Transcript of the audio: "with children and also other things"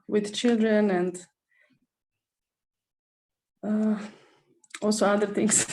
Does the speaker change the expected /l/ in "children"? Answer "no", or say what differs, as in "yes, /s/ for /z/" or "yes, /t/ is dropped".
no